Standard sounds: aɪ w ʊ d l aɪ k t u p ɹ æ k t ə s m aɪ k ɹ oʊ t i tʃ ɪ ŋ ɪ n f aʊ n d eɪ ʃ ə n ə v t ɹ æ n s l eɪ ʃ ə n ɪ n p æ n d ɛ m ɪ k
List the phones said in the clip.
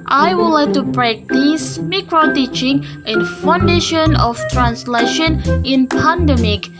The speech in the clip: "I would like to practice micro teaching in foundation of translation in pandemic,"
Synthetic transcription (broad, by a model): aɪ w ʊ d l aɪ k t u b ɹ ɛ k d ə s m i k ɹ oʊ t i tʃ ɪ ŋ ɪ n f aʊ n d eɪ ʃ ə n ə f t ɹ æ n s l eɪ ʃ ə n ɪ n p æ n d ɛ m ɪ k